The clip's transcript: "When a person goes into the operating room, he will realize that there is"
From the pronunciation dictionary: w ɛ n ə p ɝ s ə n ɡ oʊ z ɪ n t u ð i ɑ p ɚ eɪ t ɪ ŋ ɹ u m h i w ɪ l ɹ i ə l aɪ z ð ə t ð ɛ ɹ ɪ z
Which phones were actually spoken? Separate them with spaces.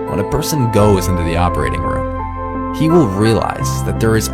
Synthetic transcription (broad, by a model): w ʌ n ə p ɝ s ə n ɡ oʊ z ɪ n t u ð i ɑ p ɚ eɪ t ɪ ŋ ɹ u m h i w ɪ l ɹ i ə l aɪ z ð ə t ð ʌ ɹ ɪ z